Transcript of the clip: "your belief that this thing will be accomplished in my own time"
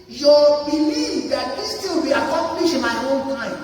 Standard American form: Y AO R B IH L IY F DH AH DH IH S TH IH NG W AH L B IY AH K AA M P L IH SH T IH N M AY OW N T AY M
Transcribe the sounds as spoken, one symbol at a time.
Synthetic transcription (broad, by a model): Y AO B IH L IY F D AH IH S T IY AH B IY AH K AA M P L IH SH IH M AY OW N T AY